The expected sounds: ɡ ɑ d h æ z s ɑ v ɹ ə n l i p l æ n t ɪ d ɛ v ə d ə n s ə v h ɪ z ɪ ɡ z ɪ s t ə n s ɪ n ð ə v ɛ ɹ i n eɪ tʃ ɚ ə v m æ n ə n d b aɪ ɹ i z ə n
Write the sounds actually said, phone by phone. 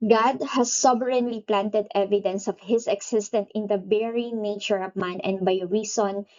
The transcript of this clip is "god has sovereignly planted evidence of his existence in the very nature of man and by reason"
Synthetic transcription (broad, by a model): ɡ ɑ d h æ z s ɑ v ɹ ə n l i p l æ n t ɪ d ɛ v ə d ə n s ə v h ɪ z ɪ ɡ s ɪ s t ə n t ɪ n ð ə b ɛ ɹ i n eɪ tʃ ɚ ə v m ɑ n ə n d b aɪ ɹ i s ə n